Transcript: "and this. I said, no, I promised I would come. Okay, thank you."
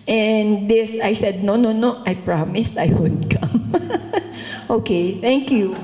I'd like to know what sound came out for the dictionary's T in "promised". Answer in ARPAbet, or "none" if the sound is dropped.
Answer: T